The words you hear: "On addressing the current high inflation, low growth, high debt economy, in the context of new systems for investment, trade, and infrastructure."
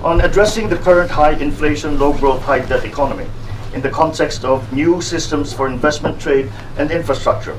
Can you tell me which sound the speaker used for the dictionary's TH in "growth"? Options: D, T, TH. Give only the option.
T